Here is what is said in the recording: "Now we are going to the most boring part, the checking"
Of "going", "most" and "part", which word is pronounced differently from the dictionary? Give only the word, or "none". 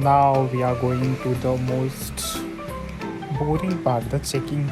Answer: part